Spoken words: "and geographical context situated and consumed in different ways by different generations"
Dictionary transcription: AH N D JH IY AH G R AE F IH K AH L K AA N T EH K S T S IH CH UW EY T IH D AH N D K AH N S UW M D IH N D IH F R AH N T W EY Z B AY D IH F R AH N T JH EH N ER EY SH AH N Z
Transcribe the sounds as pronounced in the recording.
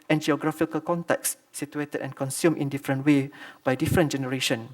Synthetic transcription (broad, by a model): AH N JH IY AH G R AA F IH K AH L K AA N T EH K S S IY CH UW EY T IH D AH N K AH N S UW M IH N D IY F R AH N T W EY B AY D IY F R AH N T JH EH N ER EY SH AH N